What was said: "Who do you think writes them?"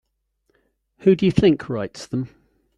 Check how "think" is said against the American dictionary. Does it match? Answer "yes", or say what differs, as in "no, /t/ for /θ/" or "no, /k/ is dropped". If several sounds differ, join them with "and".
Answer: yes